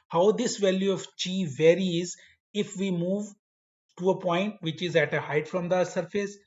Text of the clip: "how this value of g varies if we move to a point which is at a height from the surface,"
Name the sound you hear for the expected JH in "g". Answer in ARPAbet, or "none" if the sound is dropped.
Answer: CH